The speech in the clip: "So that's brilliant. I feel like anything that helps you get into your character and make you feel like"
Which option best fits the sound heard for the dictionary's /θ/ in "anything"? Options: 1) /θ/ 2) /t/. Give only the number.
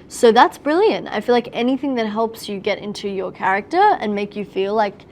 1